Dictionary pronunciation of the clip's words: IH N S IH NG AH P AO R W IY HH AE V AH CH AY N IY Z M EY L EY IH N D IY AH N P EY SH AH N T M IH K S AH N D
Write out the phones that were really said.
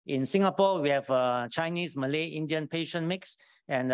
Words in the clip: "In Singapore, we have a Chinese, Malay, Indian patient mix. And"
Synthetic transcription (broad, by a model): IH N S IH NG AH P AO W IY HH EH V AH CH AY N IY S M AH L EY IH N D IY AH N P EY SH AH N M IH K S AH N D